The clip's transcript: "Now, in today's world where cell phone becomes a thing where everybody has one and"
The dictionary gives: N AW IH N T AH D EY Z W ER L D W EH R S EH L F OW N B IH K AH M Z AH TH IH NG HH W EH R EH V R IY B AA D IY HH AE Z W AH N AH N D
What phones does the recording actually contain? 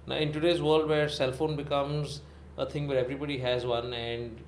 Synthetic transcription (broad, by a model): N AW IH N T AH D EY Z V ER L D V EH R S EH L F OW N B IH K AH M Z AH T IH NG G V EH R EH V R IY B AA D IY HH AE Z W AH N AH N D